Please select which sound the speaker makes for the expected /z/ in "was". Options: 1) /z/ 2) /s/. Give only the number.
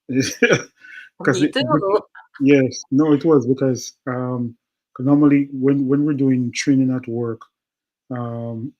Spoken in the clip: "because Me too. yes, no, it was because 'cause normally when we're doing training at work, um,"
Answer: 1